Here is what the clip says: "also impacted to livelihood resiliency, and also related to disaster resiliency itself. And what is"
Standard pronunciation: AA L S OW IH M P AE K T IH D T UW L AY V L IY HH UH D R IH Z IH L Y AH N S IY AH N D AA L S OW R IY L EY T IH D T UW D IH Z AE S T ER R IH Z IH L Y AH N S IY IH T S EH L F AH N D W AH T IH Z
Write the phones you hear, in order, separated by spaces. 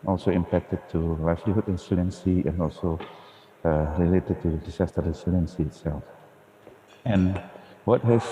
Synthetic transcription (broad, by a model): AA L S OW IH M P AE K T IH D T UW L AY F L IY HH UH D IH S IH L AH N S IY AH N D AA L S OW R IY L EY T IH D T UW D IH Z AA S T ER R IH S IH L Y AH N S IY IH T S EH L F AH N W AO T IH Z